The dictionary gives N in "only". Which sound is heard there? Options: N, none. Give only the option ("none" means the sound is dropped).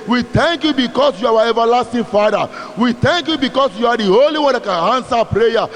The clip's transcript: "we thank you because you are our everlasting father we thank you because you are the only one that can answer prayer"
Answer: none